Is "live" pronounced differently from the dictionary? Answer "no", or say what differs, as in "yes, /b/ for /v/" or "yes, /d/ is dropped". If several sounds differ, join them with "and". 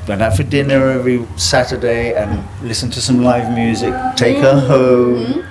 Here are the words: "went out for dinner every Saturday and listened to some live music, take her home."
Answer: no